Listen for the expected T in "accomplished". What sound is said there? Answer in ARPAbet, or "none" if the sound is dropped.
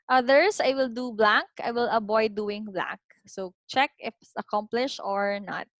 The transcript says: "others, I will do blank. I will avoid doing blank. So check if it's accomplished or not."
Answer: none